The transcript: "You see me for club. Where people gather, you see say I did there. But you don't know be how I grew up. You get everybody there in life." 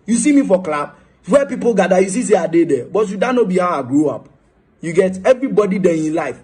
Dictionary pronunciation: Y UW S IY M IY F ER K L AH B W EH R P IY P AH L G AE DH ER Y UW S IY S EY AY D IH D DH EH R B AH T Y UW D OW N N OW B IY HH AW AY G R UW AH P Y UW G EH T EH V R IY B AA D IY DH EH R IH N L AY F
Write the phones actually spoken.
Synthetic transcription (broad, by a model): Y UW S IY M IY F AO K L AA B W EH P IY P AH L G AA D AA Y UW S IY S EY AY D IH D EH B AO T Y UW D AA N N OW B IY HH AW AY G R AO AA P Y UW G EH T EH V R IY B AA D IY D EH IH N L AY F